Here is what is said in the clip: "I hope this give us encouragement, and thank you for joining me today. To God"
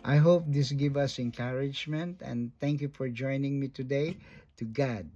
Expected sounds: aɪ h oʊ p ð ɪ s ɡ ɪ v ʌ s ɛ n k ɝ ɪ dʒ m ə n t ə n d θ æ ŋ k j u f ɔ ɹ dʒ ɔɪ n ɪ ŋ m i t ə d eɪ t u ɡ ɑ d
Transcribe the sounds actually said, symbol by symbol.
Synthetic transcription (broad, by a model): aɪ h oʊ p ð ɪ s ɡ ɪ v ʌ s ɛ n k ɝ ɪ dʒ m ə n t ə n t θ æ ŋ k j u f ɔ ɹ dʒ ɔɪ n ɪ ŋ m i t ə d eɪ t u ɡ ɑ d